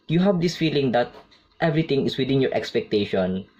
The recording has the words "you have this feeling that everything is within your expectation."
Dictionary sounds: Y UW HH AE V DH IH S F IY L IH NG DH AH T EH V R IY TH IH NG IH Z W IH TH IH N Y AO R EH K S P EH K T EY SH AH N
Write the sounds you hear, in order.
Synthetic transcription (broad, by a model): Y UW HH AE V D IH S F IY L IH NG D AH T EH V R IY T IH NG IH S W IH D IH N Y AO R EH K S P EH K T EY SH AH N